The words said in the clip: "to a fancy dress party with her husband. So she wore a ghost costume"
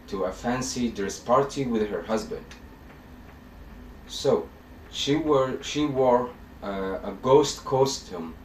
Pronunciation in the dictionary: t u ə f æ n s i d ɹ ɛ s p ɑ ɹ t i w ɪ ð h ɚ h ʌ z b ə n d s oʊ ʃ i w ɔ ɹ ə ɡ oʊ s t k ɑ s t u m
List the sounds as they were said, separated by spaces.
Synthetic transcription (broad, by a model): t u ə f æ n s i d ɛ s p ɑ ɹ t i w ɪ ð h ɚ h ʌ z b ə n d s oʊ ʃ i w ɔ ɹ ə ɡ oʊ s t k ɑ s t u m